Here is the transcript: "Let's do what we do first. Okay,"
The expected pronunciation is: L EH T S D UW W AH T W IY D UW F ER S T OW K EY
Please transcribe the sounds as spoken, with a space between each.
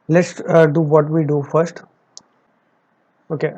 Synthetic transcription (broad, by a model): L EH T S D UW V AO T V IY D UW F ER S T OW K EY